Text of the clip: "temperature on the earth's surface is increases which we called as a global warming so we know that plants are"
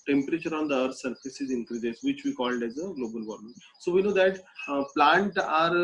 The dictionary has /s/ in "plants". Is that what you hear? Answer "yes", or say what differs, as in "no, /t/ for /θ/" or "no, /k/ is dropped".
no, /s/ is dropped